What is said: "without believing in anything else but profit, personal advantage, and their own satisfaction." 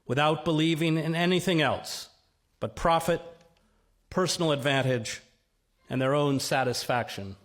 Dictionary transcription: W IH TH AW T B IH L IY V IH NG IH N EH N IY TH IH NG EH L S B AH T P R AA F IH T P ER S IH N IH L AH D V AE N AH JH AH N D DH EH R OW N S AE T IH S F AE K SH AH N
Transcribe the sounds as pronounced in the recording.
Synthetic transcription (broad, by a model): W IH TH AW T B IH L IY V IH NG IH N EH N IY TH IH NG EH L S B AH T P R AA F IH T P ER S N L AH D V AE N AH JH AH N DH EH R OW N S AE T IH S F AE K SH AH N